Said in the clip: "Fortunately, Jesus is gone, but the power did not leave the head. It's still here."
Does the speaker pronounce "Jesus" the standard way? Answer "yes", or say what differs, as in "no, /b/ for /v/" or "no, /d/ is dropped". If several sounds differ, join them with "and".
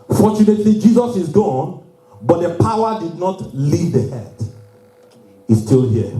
yes